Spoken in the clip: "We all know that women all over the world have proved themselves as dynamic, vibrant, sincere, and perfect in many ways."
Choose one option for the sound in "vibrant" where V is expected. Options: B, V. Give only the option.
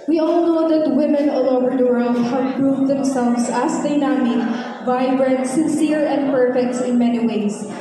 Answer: V